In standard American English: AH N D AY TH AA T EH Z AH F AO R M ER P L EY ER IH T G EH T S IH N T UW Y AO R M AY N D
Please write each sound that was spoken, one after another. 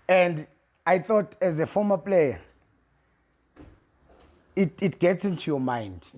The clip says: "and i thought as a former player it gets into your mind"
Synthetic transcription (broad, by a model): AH N D AY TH AA T EH Z AH F AO M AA P L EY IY IH T G EH T S IH N T UW Y AO M AY N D